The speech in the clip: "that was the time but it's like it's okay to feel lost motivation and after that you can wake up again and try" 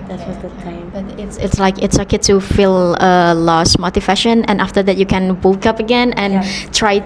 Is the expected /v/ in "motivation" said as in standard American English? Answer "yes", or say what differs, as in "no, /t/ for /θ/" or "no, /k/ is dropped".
no, /f/ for /v/